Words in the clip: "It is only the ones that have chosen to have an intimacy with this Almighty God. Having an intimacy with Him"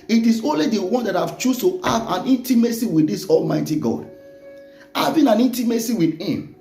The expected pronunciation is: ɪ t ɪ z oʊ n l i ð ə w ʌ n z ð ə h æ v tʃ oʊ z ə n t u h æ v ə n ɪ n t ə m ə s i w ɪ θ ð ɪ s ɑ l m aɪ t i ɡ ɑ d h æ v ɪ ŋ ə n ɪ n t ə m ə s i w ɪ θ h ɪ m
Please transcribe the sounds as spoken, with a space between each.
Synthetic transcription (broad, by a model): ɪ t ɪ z oʊ n l i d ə w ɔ n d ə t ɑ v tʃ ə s t u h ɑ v ə n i n t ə m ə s i w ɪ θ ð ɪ s ɑ l m aɪ t i ɡ ɑ d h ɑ v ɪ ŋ ə n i n t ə m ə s i w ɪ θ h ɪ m